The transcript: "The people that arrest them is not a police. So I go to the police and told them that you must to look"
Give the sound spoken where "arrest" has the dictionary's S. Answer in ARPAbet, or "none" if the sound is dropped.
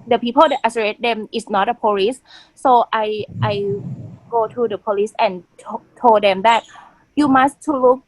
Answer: none